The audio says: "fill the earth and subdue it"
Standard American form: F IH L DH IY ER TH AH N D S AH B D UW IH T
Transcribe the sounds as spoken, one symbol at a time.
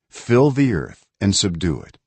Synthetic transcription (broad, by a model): F IH L DH IY ER TH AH N S AH B D UW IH T